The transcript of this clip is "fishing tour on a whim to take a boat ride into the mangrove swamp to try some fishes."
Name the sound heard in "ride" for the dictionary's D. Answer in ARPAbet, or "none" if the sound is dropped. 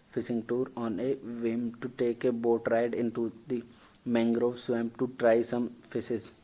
D